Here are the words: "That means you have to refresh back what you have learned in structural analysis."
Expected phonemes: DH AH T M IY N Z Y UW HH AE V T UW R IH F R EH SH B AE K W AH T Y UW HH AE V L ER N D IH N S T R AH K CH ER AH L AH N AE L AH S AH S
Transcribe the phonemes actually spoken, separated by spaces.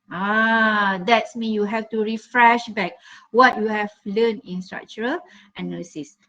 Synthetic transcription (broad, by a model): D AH T M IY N Y UW HH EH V T UW R IH F R EH SH B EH K W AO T Y UW HH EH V L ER N IH N S T R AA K CH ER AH L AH N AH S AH S